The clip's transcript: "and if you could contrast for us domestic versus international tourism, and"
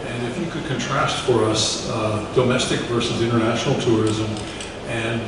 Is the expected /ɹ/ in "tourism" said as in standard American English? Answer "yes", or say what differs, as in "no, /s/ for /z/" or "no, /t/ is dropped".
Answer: yes